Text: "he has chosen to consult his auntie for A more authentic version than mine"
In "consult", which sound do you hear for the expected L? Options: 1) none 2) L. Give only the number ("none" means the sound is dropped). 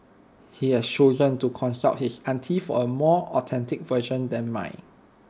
1